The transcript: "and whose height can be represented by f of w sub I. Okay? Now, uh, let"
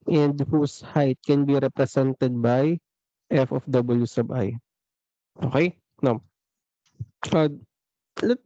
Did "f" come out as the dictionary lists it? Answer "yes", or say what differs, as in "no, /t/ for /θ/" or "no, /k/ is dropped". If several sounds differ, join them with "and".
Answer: yes